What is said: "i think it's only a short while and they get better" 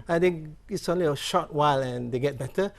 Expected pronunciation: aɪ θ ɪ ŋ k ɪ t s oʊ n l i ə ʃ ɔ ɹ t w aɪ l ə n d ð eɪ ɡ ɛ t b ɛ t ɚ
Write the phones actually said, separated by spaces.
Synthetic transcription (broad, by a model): aɪ t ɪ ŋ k ɪ t s oʊ n l i ə ʃ ɔ t w aɪ l ə n d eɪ ɡ ɛ t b ɛ t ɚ